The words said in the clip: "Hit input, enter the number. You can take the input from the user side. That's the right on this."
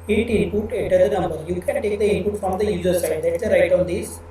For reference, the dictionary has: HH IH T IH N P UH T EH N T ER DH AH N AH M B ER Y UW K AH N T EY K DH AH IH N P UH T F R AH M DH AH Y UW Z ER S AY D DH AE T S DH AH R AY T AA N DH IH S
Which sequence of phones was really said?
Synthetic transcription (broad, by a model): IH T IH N P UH T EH T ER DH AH N AH M B ER Y UW K AH N T EY K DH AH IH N P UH T F R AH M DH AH Y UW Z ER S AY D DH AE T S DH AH R AY T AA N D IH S